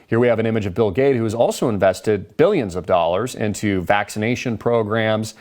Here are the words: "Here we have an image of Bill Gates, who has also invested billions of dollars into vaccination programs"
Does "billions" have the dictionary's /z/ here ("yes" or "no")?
yes